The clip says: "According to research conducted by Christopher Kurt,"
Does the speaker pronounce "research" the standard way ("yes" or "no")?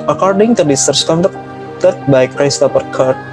no